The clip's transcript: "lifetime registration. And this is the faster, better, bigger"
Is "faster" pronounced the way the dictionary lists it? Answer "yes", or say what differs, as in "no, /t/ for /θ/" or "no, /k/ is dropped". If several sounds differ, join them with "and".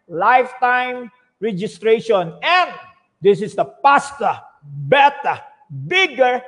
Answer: no, /p/ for /f/